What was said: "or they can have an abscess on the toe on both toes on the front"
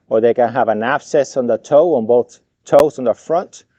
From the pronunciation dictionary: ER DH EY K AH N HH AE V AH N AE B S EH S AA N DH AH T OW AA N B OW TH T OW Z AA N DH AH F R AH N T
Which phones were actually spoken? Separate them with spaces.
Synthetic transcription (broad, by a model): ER DH EY K AH N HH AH V AH N AE B S EH S N DH AH T OW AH N B OW TH T OW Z N DH AH F R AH N T